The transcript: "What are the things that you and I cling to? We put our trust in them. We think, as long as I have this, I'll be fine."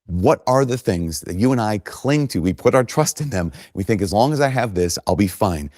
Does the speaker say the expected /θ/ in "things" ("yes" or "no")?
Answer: yes